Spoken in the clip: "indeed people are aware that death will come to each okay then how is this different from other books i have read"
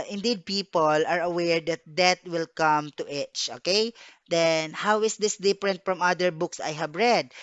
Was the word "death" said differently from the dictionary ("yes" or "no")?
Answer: yes